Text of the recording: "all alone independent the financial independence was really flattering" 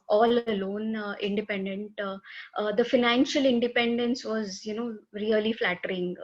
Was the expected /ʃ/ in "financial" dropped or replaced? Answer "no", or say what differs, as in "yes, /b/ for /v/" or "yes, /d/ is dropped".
no